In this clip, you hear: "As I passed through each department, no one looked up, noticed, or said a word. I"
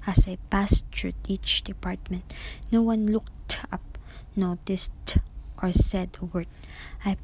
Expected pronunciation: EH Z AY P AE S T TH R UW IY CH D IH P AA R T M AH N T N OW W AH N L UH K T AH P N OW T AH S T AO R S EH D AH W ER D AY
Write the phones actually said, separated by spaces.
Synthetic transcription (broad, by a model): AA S AY P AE S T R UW IY CH D IH P AA R T M AH N T N OW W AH N L UH K T AH P N OW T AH S T AO R S EH D AH W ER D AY